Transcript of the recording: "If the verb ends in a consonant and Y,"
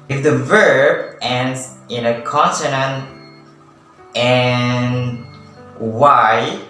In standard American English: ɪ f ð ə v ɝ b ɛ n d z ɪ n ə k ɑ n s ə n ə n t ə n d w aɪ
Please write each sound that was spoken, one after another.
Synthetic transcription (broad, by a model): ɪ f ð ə v ɝ b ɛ n d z ɪ n ə k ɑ n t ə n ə n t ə n w aɪ